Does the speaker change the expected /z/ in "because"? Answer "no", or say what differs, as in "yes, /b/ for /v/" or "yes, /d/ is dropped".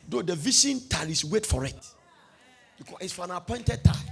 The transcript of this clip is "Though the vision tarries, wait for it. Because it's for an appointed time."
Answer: yes, /z/ is dropped